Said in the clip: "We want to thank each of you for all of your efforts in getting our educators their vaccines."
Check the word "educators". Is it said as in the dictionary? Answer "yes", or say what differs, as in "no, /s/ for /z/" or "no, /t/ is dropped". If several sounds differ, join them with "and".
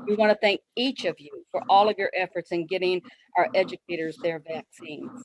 yes